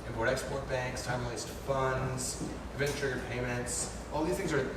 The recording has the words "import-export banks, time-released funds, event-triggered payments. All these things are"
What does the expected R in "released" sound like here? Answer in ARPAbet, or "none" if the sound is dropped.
L